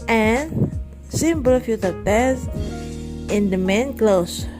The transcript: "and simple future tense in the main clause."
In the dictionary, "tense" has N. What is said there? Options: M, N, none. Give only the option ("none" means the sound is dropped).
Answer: none